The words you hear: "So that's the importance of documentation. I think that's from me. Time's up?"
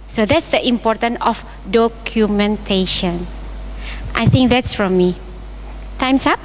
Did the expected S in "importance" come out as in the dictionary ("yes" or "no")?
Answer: no